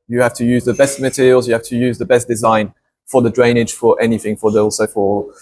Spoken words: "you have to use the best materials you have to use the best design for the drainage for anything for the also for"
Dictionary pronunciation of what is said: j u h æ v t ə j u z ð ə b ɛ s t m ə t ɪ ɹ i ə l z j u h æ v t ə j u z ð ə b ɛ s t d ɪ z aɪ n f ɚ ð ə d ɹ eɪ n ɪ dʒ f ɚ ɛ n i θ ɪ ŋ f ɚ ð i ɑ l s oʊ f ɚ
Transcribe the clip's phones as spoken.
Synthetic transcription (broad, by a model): j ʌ h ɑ f t ə j u z ð ə b ɛ s t m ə t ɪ ɹ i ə l z j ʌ h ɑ f t ə j u z ð ə b ɛ s d ɪ z aɪ n f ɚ ð ə d ɹ eɪ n ɪ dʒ f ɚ ɛ n i θ ɪ ŋ f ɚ ð i ɑ l s oʊ f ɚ